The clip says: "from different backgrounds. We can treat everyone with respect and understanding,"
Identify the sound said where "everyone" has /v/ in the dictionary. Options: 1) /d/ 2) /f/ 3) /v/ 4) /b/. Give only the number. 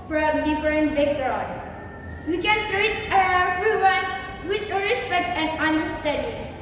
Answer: 2